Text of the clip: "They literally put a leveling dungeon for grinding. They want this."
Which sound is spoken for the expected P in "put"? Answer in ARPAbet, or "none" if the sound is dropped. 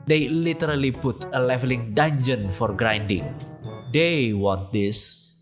B